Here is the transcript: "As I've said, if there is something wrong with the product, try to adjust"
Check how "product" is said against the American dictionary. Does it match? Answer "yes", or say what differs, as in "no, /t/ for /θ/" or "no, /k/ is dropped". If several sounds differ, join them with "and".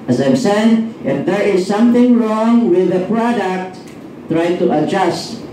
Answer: yes